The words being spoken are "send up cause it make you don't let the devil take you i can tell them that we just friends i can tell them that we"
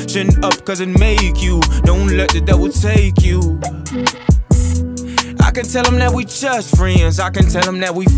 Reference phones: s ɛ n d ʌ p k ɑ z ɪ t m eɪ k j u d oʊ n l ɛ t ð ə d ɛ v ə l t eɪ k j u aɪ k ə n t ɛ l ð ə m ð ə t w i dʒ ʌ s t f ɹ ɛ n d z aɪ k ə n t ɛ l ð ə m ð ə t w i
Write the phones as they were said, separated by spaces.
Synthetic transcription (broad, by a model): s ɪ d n ʌ p k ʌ z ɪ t m eɪ k j u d oʊ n l ɛ t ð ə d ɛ w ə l t eɪ k j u aɪ k ə n t ɛ l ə m ð ə t w i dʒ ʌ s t f ɹ ɛ n d z aɪ k ə n t ɛ l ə m ð ə t w i